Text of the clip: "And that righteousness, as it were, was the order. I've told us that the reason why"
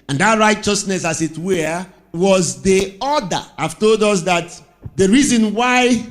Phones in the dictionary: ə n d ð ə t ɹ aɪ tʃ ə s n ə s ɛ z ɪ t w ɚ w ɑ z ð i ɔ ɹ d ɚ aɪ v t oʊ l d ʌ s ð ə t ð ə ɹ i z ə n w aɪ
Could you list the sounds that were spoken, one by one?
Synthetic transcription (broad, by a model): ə n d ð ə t ɹ aɪ tʃ ə s n ə s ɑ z ɪ t w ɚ w ɑ z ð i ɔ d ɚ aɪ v t oʊ l d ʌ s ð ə t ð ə ɹ i z ə n w aɪ